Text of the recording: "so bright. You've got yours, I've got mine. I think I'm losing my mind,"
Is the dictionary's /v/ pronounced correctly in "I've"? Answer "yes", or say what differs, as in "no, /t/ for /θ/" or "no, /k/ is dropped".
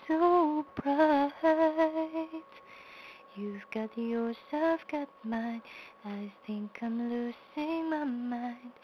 no, /f/ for /v/